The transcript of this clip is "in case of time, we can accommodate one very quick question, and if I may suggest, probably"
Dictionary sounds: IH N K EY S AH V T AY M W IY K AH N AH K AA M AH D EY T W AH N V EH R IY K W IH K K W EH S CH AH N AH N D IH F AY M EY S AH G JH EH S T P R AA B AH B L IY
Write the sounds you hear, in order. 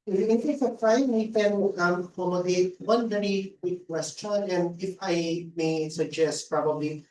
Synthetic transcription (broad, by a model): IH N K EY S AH P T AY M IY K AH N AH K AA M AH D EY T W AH N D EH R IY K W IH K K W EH S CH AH N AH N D IH F AY M EY S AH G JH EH S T P R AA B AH B L IY